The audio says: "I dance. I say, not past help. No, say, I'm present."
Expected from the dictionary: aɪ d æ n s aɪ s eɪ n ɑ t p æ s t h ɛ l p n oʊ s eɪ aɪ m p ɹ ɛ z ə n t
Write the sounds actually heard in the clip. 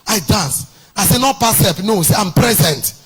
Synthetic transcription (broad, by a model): aɪ d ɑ n s aɪ s eɪ n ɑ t p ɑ s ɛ p n oʊ s eɪ aɪ m p ɹ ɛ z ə n t